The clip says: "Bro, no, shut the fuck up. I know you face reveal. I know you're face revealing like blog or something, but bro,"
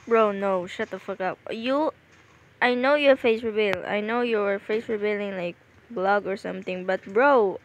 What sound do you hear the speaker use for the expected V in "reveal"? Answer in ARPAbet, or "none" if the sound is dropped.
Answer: B